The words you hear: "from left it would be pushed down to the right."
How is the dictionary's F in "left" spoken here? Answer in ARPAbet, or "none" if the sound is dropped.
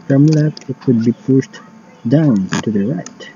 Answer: none